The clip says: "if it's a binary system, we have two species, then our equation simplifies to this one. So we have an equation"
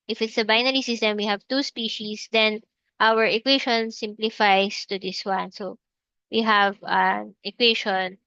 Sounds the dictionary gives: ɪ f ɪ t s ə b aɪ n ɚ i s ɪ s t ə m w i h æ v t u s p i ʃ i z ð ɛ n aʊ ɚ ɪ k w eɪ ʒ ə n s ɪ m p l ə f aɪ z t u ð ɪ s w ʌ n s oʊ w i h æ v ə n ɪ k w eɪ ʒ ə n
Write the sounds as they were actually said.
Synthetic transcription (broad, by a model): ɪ f ɪ t s ə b aɪ n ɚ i s ɪ s t ə m w i h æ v t u s p i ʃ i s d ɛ n aʊ ɚ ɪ k w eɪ ʃ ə n s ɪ m p l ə f aɪ s t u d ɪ s w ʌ n s oʊ w i h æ v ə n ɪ k w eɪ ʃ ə n